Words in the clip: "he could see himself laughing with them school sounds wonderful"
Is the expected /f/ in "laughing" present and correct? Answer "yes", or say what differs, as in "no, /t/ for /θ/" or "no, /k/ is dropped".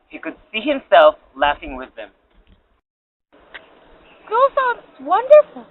yes